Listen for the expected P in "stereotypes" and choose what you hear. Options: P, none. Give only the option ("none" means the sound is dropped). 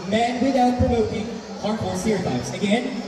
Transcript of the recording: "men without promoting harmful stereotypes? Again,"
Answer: none